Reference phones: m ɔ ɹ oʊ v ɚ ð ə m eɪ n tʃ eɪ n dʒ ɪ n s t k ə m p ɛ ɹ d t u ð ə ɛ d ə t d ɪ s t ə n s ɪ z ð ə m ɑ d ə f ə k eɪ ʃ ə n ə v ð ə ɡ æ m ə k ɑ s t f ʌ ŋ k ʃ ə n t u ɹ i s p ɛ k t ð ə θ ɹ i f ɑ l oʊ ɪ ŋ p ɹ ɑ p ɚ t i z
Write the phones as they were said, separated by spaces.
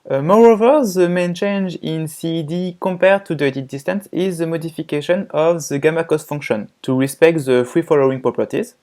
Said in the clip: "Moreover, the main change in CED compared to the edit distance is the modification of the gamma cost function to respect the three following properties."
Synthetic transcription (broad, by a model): m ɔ ɹ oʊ v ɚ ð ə m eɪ n tʃ eɪ n dʒ ɪ n s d k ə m p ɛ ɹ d t u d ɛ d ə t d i s t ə n s ɪ z ð ə m ɑ d ə f ə k eɪ ʃ ə n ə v ð ə ɡ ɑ m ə k ɑ s t f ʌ ŋ k ʃ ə n t u ɹ i s p ɛ k t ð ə f ɹ i f ɑ l oʊ ɪ ŋ p ɹ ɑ p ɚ t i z